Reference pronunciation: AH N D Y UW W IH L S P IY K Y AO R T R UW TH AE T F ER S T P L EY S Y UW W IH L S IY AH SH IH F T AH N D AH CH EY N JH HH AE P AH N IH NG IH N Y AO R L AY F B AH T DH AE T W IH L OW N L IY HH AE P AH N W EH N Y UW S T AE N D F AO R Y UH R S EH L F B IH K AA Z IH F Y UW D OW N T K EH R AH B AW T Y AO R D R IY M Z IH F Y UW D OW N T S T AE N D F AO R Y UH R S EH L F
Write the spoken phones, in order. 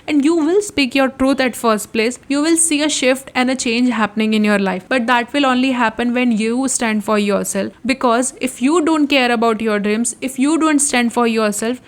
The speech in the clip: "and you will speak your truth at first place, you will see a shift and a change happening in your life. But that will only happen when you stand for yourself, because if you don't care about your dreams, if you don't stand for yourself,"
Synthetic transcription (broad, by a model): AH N D Y UW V IH L S P IY K Y AO R T R UW T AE T F ER S T P L EY S Y UW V IH L S IY AH SH IH F T AH N D AH CH EY N JH HH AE P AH N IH NG IH N Y AO R L AY F B AH T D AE T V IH L OW N L IY HH AE P AH N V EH N Y UW S T AE N D F AO R Y UH R S EH L F B IH K AA Z IH F Y UW D OW N T K EH R AH B AW T Y AO R D R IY M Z IH F Y UW D OW N T S T AE N D F AO R Y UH R S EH L F